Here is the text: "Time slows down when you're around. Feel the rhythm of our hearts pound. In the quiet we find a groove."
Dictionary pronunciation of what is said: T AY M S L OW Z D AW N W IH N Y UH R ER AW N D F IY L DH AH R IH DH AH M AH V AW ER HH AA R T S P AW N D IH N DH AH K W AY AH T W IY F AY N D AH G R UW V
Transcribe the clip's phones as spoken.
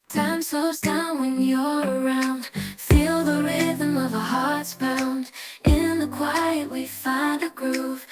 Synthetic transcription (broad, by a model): T AY M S OW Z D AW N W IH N Y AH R ER AW N D F IY L DH AH R IH DH AH M AH V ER HH AA R T S B AW N D IH N DH AH K W AY AH T W IY F AY N D AH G R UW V